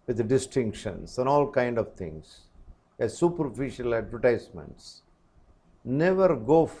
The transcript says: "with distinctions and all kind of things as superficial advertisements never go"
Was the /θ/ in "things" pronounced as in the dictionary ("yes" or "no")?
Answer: no